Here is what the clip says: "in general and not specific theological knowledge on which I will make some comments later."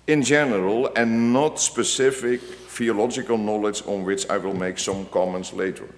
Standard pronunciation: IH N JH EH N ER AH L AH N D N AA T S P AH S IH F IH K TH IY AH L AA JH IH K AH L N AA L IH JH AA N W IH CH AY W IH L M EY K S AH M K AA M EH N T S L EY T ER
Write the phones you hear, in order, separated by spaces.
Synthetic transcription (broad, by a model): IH N JH EH N ER AH L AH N N AA T S P AH S IH F IH K F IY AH L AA JH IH K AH L N AA L IH JH AA N W IH CH AY W IH L M EY K S AH M K AA M EH N T S L EY T ER